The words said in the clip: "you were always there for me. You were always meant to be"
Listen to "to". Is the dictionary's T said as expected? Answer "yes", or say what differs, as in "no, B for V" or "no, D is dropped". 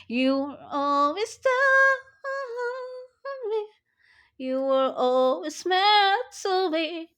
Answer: no, S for T